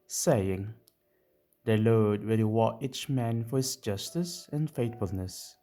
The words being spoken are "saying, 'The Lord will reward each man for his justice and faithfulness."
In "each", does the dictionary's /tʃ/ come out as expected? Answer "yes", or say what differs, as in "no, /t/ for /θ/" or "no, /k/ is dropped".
yes